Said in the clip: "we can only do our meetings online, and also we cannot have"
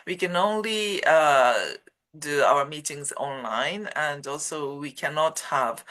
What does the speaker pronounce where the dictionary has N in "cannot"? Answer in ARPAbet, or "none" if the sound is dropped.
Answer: N